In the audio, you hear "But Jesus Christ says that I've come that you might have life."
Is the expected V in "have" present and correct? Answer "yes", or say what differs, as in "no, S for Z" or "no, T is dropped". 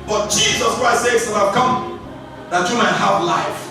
no, F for V